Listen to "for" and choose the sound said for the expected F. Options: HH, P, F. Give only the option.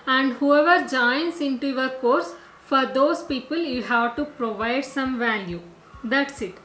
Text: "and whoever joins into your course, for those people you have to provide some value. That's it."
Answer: F